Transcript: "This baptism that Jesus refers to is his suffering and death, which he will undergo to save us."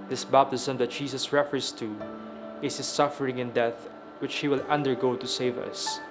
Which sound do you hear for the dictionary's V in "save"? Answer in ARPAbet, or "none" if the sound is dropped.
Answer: V